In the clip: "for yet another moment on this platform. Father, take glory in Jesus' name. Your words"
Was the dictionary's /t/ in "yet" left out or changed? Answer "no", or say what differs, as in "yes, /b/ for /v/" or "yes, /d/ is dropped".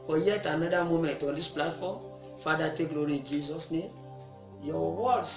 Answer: no